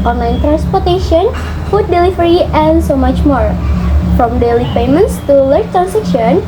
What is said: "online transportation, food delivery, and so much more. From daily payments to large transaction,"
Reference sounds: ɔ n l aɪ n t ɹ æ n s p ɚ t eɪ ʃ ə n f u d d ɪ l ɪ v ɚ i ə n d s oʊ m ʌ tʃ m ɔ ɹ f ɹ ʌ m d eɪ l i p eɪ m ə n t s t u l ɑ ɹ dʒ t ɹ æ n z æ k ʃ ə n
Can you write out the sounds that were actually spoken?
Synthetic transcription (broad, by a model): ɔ n l aɪ n t ɹ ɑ n s p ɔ t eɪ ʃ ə n f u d d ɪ l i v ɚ i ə n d s oʊ m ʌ tʃ m ɔ ɹ f ɹ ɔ m d eɪ l i p eɪ m ə n t s t u l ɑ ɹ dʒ t ɹ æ n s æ k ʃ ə n